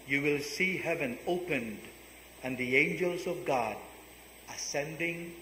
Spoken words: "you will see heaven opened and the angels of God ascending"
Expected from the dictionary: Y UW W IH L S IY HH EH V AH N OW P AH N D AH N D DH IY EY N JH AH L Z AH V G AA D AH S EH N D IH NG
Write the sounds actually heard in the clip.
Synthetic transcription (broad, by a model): Y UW W IH L S IY HH EH V AH N OW P AH N D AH N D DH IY EY N JH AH L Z AH V G AA D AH S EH N D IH NG